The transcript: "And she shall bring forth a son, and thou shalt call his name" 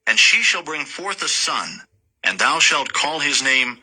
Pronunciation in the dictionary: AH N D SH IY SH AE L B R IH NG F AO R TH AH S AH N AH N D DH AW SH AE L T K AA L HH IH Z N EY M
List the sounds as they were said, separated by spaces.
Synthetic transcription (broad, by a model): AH N SH IY SH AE L B R IH NG F AO R TH AH S AH N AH N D DH AW SH AE L T K AA L HH IH Z N EY M